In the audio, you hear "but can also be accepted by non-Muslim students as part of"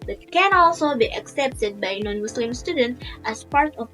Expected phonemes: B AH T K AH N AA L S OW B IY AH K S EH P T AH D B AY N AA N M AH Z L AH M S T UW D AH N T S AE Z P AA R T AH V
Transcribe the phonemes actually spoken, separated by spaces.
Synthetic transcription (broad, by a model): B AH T K AH N AA L S OW B IY AH K S EH P T AH D B AY N AA N M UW S L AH M S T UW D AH N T AE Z P AA R T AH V